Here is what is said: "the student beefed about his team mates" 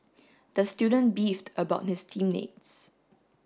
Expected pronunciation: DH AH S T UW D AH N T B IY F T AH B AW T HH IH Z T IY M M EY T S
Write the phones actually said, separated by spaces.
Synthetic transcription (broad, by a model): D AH S T UW D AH N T B IY F T AH B AW T HH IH S T IY M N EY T S